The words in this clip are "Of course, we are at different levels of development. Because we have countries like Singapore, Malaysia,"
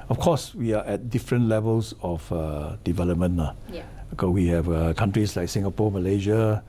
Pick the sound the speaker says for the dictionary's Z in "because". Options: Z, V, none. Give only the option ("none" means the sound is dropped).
none